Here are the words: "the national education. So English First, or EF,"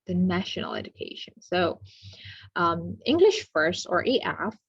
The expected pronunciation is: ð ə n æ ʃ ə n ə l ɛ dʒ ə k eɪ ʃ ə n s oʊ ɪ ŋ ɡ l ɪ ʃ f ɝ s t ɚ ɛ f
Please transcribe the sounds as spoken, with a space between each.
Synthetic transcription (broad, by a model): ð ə n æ ʃ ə n l ɛ dʒ ə k eɪ ʃ ə n s oʊ ɪ ŋ ɡ l ɪ ʃ f ɝ s t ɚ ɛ f